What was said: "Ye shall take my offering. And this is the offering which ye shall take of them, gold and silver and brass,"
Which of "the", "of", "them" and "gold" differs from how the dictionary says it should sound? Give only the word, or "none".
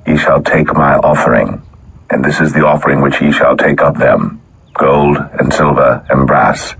of